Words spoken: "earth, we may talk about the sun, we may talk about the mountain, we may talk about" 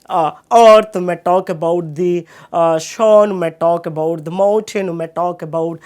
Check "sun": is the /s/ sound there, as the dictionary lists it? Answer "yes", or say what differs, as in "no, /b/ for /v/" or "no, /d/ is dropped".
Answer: no, /ʃ/ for /s/